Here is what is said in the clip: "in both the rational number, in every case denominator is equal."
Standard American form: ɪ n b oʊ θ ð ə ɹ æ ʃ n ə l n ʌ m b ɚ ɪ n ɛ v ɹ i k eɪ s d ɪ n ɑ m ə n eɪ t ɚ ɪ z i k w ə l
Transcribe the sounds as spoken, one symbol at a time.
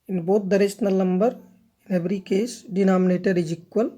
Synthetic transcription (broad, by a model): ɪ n b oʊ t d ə ɹ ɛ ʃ n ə l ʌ m b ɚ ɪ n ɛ b ɹ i k eɪ s d ɪ n ɑ m ə n eɪ t ɚ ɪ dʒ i k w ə l